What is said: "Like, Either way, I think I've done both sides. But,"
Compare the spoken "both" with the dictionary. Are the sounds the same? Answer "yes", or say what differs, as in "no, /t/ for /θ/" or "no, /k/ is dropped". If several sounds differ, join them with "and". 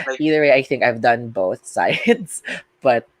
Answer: yes